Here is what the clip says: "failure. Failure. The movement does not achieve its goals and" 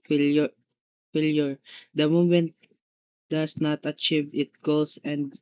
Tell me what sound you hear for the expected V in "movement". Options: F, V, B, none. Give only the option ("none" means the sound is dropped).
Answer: none